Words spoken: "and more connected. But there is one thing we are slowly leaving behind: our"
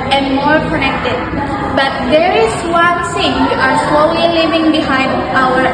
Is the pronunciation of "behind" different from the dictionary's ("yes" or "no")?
no